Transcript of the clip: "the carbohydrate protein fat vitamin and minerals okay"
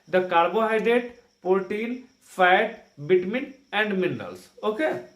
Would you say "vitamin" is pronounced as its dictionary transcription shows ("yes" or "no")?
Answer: no